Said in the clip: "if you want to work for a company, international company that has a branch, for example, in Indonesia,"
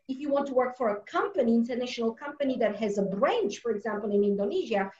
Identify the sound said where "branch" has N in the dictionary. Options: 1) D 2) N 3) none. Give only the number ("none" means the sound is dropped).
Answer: 2